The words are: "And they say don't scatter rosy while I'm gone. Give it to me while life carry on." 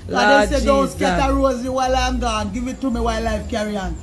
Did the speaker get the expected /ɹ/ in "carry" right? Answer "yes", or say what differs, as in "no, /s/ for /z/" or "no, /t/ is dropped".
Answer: yes